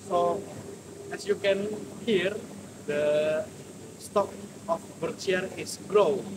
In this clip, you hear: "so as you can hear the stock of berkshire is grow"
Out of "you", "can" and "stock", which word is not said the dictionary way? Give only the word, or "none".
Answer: none